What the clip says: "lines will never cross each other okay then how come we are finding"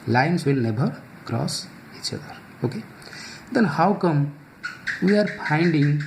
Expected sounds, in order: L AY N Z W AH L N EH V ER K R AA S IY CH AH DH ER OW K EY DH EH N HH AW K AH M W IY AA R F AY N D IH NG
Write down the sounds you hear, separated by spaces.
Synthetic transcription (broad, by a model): L AY N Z W AH L N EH B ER K R AA S IY CH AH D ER OW K EY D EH N HH AW K AH M W IY AA R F AY N D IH NG